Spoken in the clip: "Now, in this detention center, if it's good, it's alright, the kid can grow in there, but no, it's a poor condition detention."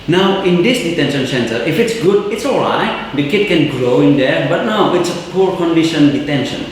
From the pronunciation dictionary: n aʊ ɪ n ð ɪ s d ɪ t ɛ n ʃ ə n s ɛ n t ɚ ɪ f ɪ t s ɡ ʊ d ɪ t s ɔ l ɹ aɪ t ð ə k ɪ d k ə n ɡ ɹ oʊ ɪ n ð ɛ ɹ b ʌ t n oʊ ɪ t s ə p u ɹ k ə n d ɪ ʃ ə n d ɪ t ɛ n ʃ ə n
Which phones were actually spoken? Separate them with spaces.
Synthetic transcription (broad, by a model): n aʊ ɪ n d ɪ s d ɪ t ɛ n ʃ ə n s ɛ n t ɚ ɪ f ɪ t s ɡ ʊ d ɪ t s ɔ l ɹ aɪ t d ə k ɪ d k ə n ɡ ɹ oʊ ɪ n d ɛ ɹ b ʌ t n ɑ ɪ t s ə p u ɹ k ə n d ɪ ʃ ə n d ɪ t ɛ n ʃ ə n